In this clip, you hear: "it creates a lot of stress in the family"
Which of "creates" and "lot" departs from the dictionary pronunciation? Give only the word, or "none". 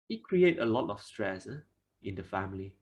creates